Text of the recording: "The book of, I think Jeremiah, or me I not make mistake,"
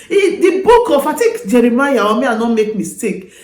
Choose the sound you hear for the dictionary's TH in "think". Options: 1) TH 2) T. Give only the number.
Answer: 2